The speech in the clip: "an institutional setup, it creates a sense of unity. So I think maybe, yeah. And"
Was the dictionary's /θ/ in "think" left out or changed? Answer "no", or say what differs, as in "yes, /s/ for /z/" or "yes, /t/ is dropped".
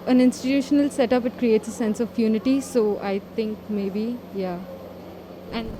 yes, /t/ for /θ/